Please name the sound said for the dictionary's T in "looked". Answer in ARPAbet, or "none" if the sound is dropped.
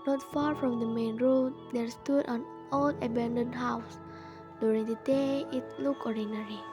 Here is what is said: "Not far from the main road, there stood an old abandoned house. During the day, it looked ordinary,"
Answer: none